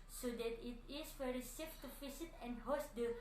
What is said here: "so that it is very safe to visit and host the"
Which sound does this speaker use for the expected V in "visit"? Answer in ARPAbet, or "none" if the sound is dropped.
F